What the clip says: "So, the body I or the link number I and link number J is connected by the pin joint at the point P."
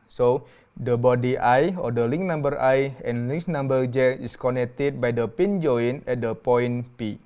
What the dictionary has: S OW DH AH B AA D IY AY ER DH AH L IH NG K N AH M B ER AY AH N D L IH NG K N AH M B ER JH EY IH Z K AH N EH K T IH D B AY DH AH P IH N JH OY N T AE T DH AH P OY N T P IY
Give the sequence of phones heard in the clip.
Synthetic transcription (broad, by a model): S OW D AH B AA D IY AY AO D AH L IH NG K N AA M B ER AY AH N L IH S N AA M B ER JH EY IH S K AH N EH K T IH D B AY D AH P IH N JH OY N EH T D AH P OY N P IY